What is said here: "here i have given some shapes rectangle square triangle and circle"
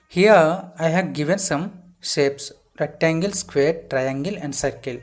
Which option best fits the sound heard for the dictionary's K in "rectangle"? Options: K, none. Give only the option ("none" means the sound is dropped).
none